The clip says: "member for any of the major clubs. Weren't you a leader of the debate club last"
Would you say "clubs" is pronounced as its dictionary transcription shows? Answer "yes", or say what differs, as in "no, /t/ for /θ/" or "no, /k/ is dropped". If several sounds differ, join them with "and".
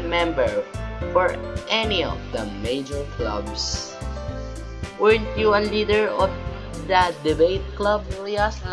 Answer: no, /s/ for /z/